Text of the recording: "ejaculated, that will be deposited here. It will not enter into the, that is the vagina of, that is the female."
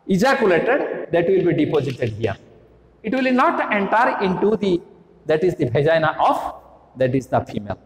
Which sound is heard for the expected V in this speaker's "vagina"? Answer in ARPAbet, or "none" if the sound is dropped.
B